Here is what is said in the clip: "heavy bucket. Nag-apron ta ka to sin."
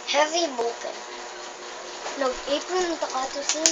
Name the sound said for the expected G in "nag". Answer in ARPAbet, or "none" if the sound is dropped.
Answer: none